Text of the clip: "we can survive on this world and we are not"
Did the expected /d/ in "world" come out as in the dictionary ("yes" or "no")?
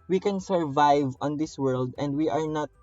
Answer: yes